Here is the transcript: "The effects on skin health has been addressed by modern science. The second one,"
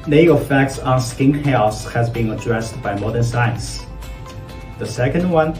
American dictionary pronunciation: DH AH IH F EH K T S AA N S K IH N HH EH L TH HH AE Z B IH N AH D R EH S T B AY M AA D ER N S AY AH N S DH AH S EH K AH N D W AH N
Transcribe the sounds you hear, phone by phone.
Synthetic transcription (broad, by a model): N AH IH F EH K T S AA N S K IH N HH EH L S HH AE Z B IH N AH D R EH S T B AY M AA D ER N S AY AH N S DH AH S EH K AH N D W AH N